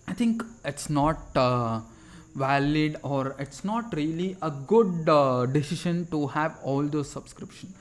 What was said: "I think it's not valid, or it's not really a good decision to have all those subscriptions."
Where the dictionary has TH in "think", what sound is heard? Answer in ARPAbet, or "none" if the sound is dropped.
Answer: T